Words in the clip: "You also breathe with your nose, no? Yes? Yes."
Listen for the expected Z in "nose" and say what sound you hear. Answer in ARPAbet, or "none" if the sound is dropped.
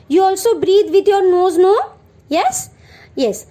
Z